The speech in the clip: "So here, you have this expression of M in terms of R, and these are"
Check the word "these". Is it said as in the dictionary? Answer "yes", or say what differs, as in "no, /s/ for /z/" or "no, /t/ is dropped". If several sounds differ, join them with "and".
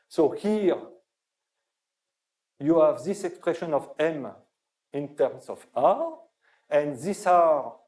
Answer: no, /s/ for /z/